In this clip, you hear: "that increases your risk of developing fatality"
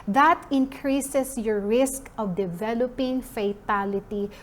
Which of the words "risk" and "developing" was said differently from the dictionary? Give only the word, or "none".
none